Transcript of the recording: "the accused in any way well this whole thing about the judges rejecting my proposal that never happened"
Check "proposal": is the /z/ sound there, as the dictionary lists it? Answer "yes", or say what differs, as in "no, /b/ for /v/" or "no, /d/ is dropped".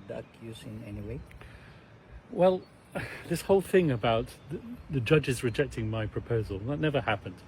yes